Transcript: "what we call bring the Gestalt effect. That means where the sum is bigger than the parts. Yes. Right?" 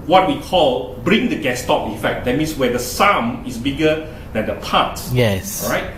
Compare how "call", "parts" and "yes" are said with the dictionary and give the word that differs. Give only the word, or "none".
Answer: parts